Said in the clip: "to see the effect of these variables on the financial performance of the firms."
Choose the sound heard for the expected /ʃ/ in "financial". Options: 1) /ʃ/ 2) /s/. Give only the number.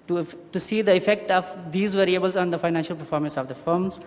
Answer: 1